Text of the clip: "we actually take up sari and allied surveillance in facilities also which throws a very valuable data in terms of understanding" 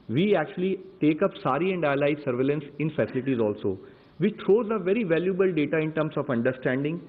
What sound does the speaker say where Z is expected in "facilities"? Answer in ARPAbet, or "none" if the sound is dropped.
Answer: Z